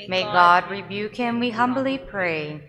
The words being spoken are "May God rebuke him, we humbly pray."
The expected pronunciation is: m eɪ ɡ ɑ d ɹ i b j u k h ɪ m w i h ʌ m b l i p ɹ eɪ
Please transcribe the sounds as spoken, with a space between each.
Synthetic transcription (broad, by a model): m eɪ ɡ ɑ d ɹ i b j u k h ɪ m w i h ʌ m b l i p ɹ eɪ